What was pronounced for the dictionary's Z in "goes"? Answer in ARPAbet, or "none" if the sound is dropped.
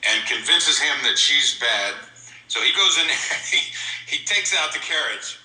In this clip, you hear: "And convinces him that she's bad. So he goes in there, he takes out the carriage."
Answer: Z